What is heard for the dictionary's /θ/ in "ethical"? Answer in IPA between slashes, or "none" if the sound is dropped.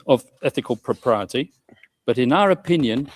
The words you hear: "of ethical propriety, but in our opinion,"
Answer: /θ/